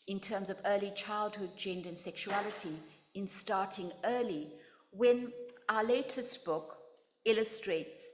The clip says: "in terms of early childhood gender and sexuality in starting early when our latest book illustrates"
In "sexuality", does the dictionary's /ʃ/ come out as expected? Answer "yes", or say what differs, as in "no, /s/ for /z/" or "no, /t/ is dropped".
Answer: yes